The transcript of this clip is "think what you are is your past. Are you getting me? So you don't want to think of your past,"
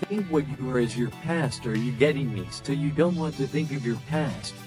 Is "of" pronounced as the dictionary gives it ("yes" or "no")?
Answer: yes